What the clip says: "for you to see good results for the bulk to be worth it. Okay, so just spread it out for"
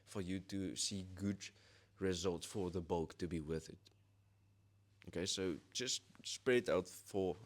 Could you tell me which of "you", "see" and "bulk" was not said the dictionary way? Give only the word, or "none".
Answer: none